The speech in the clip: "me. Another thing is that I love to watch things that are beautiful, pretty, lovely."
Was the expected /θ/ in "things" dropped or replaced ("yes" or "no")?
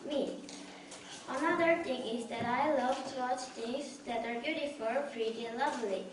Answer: yes